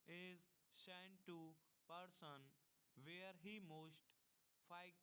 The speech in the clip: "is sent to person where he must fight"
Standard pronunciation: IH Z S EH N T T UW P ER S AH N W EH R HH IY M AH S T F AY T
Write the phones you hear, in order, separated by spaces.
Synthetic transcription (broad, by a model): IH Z SH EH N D T UW P ER S AH N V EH R HH IY M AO S T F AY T